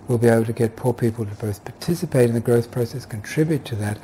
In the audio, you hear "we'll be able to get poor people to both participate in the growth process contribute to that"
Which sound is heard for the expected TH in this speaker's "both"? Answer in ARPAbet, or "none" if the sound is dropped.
TH